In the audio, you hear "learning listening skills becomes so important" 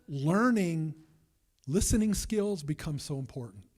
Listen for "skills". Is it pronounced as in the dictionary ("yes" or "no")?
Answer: yes